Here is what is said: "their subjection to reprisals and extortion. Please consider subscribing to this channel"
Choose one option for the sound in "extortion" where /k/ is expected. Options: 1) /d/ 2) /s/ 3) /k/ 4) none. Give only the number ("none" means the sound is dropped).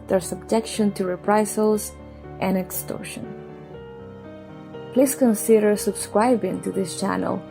3